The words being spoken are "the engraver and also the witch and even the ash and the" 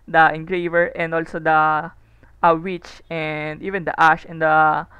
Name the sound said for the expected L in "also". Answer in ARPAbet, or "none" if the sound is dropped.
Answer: L